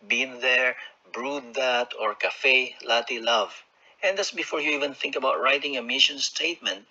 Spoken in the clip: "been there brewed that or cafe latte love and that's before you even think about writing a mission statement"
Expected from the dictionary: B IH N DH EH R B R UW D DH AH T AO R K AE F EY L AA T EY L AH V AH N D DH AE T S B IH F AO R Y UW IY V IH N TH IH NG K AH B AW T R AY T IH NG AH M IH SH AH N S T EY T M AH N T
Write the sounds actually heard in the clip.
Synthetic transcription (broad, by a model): B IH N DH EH R B R UW D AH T AO R K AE F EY L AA T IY L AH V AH N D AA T S B IH F AO R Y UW IY V IH N TH IH NG K AH B AW T R AY T IH NG AH M IH SH AH N S T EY T M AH N T